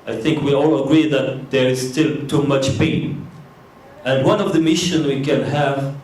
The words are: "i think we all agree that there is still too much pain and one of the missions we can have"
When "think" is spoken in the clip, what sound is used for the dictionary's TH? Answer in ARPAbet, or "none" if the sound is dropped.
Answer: TH